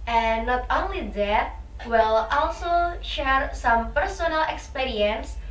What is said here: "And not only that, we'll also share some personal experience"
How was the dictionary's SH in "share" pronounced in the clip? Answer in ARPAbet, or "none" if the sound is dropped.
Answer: SH